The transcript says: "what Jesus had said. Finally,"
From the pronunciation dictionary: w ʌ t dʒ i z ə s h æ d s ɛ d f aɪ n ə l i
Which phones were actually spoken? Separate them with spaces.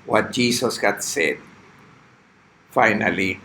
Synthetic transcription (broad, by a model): w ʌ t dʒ i s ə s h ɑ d s ɛ d f aɪ n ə l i